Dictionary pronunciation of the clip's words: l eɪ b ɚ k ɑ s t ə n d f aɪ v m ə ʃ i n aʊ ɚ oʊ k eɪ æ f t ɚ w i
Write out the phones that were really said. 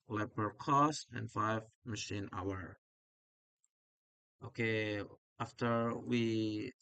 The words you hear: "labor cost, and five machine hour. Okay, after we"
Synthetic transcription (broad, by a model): l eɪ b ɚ k ɑ s t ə n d f aɪ v m ə ʃ i n aʊ ɚ oʊ k eɪ æ f t ɚ w i